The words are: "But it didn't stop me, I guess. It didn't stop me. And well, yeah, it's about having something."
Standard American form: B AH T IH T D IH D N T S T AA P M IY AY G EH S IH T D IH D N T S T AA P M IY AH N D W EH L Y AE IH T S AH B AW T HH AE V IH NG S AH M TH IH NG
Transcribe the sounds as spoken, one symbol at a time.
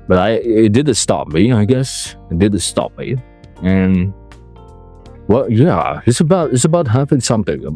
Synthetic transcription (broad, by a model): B AH T IH T D IH D N T S T AA P M IY AY G EH S IH T D IH D N T S T AA P M IY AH N W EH Y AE IH T S AH B AW T HH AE F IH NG S AH M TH IH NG